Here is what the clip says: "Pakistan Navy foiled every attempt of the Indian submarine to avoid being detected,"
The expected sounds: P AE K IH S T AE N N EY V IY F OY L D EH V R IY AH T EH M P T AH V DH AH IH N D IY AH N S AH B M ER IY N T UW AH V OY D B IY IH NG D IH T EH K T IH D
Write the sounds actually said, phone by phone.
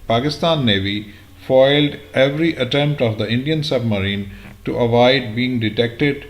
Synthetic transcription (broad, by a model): P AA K IH S T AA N N EY V IY F OY L D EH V R IY AH T EH M P T AH V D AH IH N D IY AH N S AH B M ER IY N T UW AH V OY D B IY IH NG D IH T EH K T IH D